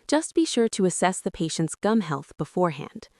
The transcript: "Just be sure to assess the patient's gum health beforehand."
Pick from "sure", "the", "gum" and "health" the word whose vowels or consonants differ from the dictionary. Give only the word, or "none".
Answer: none